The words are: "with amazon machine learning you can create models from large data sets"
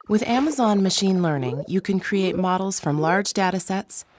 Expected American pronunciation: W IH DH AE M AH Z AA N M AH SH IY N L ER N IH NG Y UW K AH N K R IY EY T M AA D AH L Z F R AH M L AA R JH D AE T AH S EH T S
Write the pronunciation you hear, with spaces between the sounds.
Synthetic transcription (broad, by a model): W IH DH AE M AH Z AA N M AH SH IY N L ER N IH NG Y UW K AH N K R IY EY T M AA D L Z F R AH M L AA R JH D AE T AH S EH T S